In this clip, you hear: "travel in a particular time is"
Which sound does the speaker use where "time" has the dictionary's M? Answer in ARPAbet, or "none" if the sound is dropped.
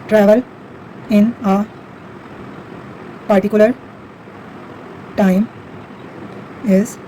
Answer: M